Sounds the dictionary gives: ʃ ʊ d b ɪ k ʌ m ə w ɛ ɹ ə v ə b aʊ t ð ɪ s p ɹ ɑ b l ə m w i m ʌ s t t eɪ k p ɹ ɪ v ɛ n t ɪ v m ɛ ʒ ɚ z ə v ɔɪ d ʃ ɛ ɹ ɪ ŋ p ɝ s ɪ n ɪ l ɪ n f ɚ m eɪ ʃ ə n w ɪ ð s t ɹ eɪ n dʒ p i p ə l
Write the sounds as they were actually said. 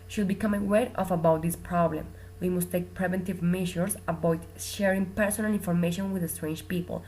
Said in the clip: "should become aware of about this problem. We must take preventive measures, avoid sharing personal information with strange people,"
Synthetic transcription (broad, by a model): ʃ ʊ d b ɪ k ʌ m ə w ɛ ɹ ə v ə b aʊ t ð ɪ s p ɹ ɑ b l ə m w i m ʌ s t t eɪ k p ɹ ɪ v ɛ n t ɪ v m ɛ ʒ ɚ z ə b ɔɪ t ʃ ɛ ɹ ɪ ŋ p ɝ s ɪ n ɪ l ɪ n f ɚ m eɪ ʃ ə n w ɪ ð s t ɹ eɪ n dʒ p i p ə l